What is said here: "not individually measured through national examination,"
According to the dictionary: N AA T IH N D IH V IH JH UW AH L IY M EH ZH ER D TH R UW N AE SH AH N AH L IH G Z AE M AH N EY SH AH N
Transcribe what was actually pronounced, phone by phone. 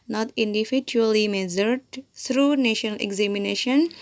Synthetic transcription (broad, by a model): N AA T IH N D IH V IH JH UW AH L IY M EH Z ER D T R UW N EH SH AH N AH L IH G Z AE M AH N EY SH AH N